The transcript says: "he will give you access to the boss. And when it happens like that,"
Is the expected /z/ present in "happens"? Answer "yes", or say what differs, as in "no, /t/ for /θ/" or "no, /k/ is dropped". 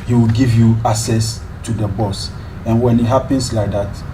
no, /s/ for /z/